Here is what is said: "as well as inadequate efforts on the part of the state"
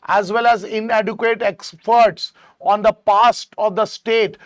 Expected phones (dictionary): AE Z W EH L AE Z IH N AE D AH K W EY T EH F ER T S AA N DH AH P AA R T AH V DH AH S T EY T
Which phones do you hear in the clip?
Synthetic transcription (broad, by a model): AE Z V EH L AE Z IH N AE D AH K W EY T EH P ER T S AA N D AH P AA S T AH V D AH S T EY T